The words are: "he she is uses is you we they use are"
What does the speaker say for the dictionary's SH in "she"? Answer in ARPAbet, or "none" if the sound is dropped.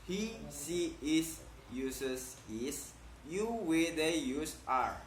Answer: S